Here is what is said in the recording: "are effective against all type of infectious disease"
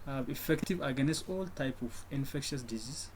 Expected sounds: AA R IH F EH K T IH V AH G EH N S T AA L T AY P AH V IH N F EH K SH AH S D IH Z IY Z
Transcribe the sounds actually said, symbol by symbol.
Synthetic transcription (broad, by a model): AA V IH F EH K T IH V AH G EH N S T AA L T AY P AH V IH N F EH K SH AH S D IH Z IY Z